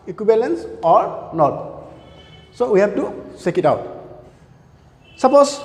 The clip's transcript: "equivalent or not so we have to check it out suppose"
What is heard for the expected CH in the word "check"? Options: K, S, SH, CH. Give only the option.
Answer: S